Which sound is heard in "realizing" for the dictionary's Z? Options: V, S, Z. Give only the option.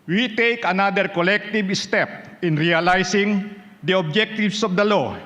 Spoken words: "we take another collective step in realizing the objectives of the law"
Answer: S